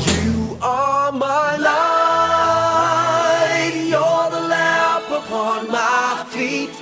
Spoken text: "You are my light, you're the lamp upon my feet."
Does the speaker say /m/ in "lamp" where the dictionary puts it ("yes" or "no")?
no